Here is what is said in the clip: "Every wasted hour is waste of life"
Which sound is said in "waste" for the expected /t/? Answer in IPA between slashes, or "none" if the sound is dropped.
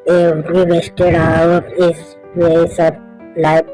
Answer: none